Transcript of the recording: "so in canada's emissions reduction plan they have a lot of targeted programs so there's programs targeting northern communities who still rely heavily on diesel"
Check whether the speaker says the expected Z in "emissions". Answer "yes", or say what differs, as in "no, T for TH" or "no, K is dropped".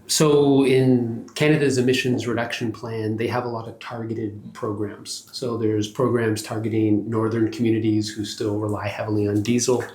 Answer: yes